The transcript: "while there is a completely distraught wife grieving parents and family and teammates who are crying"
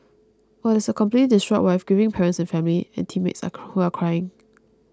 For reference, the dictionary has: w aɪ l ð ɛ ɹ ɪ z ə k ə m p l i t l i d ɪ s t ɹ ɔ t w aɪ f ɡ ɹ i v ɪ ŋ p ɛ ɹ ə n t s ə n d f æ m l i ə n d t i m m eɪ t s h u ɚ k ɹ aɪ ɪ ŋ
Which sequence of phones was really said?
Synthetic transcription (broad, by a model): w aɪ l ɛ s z ə k ə m p l i t l i d ɪ s t ɹ ɔ t w aɪ f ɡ i v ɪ ŋ p ɛ ɹ ə n t s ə n f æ m l i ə n t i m m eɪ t s h u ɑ k ɹ aɪ ɪ ŋ